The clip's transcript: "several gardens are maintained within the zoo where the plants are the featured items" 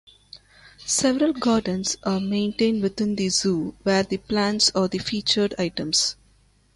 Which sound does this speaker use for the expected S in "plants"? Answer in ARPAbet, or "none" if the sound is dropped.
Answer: S